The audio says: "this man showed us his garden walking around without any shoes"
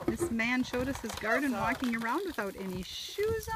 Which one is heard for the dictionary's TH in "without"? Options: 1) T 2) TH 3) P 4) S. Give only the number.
2